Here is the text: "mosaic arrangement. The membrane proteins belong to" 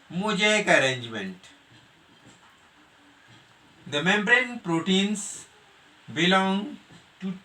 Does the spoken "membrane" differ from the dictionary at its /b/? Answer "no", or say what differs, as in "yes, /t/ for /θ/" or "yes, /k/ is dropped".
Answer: no